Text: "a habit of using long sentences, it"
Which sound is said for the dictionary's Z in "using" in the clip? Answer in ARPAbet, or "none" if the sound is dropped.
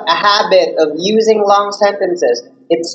Z